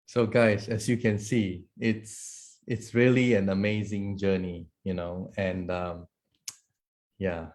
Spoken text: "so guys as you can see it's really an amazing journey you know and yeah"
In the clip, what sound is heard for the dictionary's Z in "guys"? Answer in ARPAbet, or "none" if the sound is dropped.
S